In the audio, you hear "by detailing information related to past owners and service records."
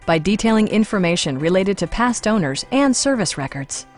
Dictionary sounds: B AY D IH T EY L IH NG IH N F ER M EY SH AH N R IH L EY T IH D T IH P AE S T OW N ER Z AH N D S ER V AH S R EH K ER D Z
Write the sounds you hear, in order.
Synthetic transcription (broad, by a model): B AY D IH T EY L IH NG IH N F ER M EY SH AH N R IH L EY T IH D T IH P AE S T OW N ER Z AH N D S ER V AH S R EH K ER D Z